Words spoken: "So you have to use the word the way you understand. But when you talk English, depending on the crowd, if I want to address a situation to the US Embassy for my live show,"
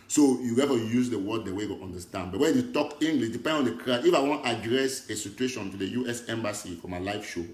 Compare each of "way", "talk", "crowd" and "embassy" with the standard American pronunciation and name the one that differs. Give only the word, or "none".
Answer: crowd